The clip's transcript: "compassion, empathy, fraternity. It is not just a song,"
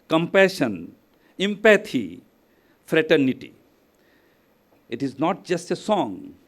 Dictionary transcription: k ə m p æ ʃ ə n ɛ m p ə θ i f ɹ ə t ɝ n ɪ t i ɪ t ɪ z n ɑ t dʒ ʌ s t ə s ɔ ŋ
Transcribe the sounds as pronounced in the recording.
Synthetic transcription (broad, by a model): k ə m p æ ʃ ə n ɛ m p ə t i f ɹ ə t ɝ n ɪ t i ɪ t ɪ z n ɑ t dʒ ʌ s t ə s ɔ ŋ